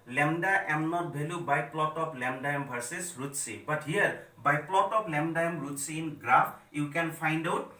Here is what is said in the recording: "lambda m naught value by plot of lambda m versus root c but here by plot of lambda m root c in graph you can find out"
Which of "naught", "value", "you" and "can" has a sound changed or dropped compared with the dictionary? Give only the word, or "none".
value